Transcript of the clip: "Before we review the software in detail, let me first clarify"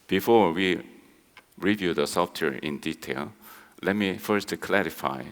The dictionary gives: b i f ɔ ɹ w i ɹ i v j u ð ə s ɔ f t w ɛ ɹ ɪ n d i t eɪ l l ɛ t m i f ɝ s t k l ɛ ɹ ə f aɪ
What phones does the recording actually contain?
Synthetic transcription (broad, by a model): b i f ɔ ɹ w i ɹ i v j u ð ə s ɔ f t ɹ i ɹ ɪ n d i t eɪ l l ɛ t m i f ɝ s t k l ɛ ɹ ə f aɪ